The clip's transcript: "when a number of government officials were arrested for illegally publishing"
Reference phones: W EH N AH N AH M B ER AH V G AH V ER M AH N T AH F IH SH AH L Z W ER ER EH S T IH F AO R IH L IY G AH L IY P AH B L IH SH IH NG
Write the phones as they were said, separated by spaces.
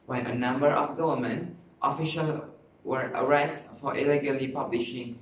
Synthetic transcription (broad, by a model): W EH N AH N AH M B ER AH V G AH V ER M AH N T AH F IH SH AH L W ER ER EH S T F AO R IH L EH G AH L IY P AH B L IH SH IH NG